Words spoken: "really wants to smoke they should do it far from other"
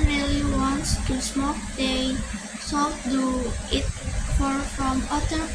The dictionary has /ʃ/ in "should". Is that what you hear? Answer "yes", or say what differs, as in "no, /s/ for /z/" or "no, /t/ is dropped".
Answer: no, /s/ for /ʃ/